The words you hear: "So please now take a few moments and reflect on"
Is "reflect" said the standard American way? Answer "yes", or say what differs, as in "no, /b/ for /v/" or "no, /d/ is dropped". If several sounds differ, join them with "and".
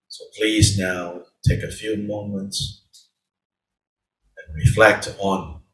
yes